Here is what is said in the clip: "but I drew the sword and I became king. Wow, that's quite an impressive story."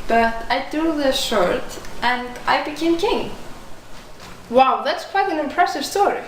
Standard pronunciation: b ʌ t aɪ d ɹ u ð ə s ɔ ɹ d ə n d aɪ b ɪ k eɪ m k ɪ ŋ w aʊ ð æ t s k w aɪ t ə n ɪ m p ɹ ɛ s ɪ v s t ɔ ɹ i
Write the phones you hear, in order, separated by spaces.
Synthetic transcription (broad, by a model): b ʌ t aɪ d u ð ə ʃ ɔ ɹ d ə n d aɪ b ɪ k eɪ m k ɪ ŋ w aʊ ð æ t s k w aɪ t ə n ɪ m p ɹ ɛ s ɪ v s t ɔ ɹ i